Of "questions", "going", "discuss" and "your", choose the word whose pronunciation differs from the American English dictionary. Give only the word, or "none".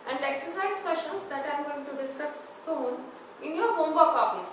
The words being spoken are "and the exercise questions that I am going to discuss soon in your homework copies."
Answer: questions